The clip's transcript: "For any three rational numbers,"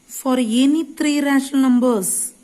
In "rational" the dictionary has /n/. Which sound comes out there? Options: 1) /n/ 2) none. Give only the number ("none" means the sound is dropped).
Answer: 2